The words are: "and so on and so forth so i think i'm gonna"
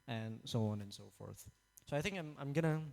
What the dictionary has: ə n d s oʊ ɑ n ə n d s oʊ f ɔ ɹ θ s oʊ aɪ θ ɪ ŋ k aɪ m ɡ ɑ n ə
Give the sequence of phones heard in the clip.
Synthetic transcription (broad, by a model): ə n s oʊ ɑ n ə n s oʊ f ɔ ɹ θ s oʊ aɪ θ ɪ ŋ k aɪ m ɡ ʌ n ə